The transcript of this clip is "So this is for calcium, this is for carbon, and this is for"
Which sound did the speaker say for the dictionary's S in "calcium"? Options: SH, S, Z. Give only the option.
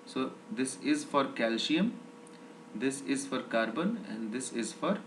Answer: SH